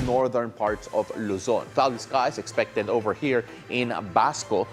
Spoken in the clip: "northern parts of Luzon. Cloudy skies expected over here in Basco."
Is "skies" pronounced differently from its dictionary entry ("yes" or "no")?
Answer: yes